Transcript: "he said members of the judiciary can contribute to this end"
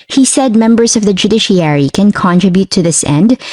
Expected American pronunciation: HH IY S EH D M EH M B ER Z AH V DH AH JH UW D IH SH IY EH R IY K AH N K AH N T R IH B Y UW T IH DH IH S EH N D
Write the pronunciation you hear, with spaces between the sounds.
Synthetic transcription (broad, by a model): HH IY S EH D M EH M B ER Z AH V DH AH JH UW D IH SH IY EH R IY K AH N K AH N T R IH B Y UW T IH DH IH S EH N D